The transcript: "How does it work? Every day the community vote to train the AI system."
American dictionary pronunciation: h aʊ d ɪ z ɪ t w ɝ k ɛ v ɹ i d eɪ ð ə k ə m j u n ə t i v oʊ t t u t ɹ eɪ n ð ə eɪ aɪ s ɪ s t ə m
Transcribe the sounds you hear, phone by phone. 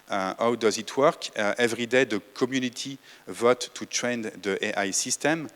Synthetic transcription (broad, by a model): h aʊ d ɪ z ɪ t w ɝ k ɛ v ɹ i d eɪ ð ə k ə m j u n ə t i v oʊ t t u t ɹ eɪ n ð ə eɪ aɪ s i s t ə m